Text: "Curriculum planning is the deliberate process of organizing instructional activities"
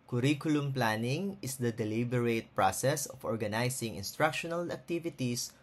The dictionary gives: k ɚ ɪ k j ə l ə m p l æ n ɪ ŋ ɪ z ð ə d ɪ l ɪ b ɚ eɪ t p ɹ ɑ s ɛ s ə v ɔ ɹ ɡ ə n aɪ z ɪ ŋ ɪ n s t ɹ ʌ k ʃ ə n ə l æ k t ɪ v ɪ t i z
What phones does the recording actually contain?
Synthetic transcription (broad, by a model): k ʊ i k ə l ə m p l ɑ n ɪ ŋ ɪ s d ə d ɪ l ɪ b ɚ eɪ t p ɹ ɑ s ɛ s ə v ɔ ɹ ɡ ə n aɪ s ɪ ŋ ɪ n s t ɹ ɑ k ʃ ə n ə l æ k t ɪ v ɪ t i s